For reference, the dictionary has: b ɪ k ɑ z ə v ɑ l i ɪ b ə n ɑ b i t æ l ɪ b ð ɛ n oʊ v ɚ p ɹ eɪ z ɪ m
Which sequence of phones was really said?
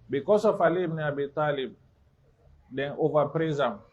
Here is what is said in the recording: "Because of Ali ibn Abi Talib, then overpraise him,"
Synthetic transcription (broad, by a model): b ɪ k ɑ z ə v ɑ l i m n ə ɑ b i t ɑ l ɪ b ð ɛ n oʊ v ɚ p ɹ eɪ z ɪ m